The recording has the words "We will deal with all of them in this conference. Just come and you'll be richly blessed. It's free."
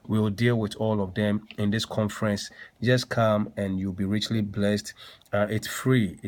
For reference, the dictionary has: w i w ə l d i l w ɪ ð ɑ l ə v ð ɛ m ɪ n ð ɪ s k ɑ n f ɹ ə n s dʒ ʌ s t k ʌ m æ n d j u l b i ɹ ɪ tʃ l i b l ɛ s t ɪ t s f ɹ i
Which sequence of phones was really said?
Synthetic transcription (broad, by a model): w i w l d i l w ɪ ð ɑ l ə v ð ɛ m ɪ n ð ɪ s k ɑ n f ɹ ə n s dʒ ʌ s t k ʌ m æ n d j u l b i ɹ ɪ tʃ l i b l ɛ s t ɪ t s f ɹ i